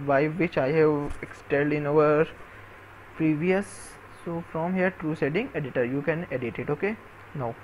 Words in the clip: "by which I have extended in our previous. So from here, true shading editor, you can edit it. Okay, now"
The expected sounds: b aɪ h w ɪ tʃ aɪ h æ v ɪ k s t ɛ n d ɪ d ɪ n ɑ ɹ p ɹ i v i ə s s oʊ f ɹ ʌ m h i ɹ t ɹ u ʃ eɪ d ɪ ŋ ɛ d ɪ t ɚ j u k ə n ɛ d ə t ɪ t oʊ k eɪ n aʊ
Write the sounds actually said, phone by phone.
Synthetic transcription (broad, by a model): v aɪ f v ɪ tʃ aɪ h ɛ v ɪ k s t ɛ l d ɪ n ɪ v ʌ ɹ p ɹ i v i ə s s oʊ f ɹ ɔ m h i ɹ t ɹ u s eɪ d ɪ ŋ ɛ d ɪ t ɚ j u k ə n ɛ d ə t ɪ t oʊ k eɪ n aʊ